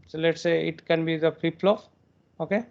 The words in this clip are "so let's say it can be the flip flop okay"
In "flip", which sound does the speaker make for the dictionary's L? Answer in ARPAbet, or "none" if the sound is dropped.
none